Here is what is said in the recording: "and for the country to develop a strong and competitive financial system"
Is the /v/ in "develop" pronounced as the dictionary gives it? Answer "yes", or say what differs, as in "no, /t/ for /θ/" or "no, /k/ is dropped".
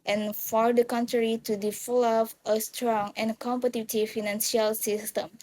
no, /f/ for /v/